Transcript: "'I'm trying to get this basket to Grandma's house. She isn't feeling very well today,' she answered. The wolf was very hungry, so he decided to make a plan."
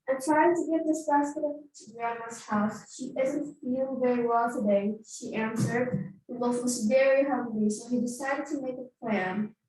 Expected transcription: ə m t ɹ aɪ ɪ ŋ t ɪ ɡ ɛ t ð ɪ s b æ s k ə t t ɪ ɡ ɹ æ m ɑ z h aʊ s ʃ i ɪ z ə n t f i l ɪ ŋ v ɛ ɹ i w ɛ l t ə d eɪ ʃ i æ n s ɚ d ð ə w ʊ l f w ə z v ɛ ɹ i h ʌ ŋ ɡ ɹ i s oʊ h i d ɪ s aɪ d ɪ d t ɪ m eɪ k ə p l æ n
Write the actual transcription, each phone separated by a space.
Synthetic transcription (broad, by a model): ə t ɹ aɪ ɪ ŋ t ɪ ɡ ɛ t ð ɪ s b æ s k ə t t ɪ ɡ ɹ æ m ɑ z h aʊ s ʃ i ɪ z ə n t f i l v ɛ ɹ i w ɛ l t ə d eɪ ʃ i æ n s ɚ d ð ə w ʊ f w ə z v ɛ ɹ i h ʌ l i s oʊ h i d ɪ s aɪ d ɪ d t ɪ m eɪ k ə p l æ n